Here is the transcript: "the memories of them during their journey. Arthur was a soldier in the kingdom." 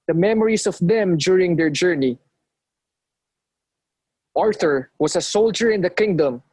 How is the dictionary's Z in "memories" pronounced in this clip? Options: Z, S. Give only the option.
S